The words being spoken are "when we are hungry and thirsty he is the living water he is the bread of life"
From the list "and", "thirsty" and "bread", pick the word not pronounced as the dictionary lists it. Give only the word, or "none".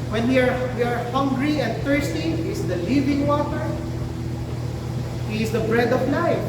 thirsty